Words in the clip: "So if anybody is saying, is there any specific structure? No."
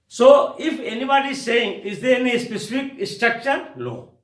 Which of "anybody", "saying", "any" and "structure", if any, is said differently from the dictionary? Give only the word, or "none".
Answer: structure